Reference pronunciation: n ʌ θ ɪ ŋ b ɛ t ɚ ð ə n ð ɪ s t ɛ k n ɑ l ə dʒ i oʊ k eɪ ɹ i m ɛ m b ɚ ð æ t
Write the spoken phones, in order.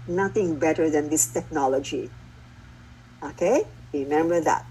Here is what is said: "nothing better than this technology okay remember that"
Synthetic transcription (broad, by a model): n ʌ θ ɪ ŋ b ɛ t ɚ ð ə n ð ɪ s t ɛ k n ɑ l ə dʒ i oʊ k eɪ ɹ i m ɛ m b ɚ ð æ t